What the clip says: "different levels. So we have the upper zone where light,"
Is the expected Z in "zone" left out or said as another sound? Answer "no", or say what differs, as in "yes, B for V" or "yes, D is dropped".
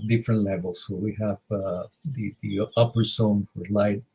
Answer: yes, S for Z